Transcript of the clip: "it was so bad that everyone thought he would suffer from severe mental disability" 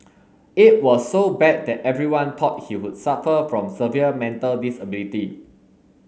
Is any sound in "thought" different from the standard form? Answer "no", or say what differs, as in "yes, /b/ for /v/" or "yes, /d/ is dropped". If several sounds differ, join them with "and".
yes, /t/ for /θ/